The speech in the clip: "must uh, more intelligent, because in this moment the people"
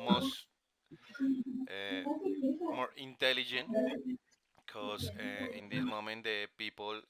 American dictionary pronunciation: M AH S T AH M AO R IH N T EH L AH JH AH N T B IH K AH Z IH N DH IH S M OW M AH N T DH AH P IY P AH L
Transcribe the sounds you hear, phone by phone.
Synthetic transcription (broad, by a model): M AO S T M AO R IH N T EH L AH JH AH N T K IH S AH IH N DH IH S M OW M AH N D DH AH P IY P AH L